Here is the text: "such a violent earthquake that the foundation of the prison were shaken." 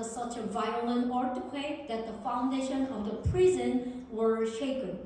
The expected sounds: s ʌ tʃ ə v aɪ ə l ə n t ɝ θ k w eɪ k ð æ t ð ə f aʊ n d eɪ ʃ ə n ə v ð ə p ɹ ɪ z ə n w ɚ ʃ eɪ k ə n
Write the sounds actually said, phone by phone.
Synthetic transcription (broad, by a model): s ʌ tʃ ə v aɪ ə l ə n t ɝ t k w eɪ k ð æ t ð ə f aʊ n d eɪ ʃ ə n ə v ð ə p ɹ ɪ z ə n w ɚ ʃ eɪ k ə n